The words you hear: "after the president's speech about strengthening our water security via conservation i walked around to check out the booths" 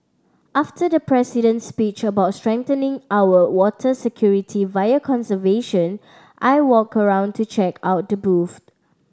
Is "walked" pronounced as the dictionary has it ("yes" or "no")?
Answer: no